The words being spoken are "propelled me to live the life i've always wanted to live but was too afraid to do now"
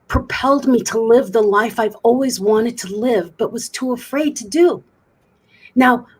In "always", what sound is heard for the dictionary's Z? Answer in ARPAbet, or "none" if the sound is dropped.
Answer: Z